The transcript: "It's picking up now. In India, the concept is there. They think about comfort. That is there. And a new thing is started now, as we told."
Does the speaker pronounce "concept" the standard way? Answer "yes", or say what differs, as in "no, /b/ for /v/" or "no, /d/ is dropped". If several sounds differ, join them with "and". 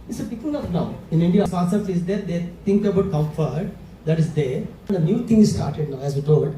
no, /p/ is dropped